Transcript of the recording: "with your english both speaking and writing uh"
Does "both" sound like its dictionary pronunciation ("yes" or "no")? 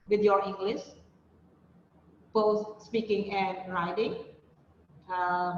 no